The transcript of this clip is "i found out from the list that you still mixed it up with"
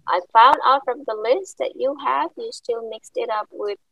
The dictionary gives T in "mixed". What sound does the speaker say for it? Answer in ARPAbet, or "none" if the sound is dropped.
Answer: T